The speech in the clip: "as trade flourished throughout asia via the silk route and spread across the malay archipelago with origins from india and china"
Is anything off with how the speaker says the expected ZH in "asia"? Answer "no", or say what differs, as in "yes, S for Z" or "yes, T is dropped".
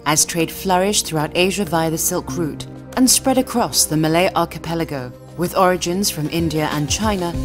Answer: no